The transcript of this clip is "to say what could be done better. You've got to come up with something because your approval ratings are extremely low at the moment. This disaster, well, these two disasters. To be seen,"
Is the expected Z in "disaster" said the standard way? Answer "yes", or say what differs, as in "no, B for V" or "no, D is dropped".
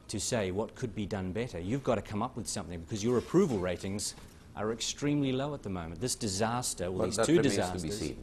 yes